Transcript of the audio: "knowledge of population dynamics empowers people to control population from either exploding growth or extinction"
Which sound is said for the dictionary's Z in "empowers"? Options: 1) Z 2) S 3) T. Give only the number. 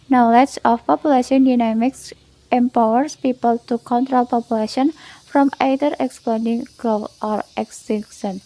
2